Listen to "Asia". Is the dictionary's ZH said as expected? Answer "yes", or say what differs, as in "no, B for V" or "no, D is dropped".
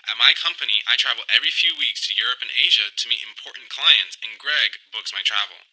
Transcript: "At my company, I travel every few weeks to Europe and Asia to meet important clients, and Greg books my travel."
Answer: yes